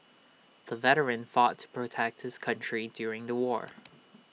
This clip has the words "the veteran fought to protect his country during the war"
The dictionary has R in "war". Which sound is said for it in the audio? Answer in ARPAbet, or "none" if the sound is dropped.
R